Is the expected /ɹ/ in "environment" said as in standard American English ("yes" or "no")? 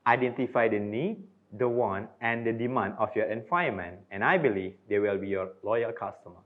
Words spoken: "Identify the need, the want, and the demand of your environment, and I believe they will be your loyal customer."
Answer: no